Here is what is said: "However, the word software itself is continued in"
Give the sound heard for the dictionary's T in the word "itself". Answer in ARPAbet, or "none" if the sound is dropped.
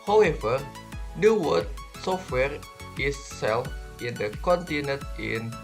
S